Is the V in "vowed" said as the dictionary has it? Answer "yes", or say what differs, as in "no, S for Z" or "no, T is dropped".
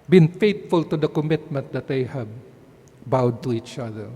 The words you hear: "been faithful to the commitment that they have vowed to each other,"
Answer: no, B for V